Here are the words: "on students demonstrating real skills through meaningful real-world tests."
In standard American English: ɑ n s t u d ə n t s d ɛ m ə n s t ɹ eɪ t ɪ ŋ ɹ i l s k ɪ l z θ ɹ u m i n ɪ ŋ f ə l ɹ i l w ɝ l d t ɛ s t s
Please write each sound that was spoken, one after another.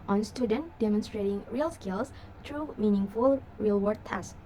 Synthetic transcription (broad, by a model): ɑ n s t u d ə n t d ɛ m ə n s t ɹ eɪ t ɪ ŋ ɹ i l s k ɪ l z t ɹ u m i n ɪ ŋ f ə l ɹ i l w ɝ d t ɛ s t